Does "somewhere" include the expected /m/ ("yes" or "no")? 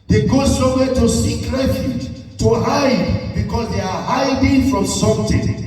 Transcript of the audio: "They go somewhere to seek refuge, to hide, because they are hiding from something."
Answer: no